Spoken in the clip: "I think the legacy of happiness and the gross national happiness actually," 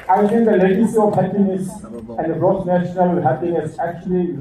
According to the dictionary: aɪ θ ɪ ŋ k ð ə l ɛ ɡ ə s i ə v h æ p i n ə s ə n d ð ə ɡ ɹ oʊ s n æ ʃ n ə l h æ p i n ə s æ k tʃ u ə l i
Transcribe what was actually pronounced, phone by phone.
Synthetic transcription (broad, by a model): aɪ t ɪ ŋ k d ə l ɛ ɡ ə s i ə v h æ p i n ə s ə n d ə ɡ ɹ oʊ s n æ ʃ n ə l h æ p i n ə s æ k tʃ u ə l i